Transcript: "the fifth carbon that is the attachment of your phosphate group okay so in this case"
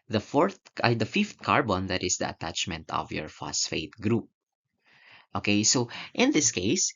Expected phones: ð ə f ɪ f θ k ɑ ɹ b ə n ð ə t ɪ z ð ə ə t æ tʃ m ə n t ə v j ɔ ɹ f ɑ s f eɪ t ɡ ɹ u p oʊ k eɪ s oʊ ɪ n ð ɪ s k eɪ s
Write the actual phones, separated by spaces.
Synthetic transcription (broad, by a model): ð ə f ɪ f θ k ɑ ɹ b ə n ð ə t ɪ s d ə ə t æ tʃ m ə n t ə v j ɔ ɹ f ɑ s f eɪ t ɡ ɹ u p oʊ k eɪ s oʊ ɪ n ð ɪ s k eɪ s